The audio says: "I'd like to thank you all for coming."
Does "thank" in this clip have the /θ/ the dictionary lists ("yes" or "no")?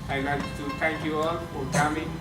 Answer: no